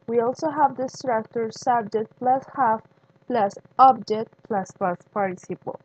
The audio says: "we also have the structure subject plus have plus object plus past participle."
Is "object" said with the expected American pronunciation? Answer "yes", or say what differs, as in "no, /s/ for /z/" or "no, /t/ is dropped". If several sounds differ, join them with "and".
no, /k/ is dropped